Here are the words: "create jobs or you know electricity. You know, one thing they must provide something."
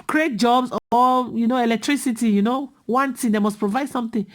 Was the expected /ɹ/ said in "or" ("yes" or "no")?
no